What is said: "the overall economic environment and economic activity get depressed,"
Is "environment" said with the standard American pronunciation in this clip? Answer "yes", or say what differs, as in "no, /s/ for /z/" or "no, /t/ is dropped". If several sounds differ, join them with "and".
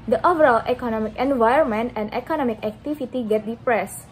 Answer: no, /ɹ/ is dropped